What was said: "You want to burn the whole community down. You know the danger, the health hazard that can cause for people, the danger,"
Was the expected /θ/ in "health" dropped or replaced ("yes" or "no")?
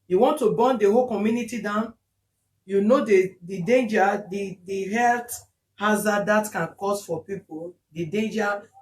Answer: yes